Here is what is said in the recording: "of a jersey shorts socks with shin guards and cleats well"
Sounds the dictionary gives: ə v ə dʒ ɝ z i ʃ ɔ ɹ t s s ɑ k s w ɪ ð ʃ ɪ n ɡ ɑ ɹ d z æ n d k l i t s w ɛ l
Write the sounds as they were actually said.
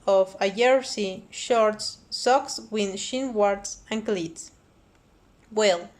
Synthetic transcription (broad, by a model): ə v ə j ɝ s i ʃ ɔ ɹ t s s ɑ k s w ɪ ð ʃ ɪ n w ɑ ɹ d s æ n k l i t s w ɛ l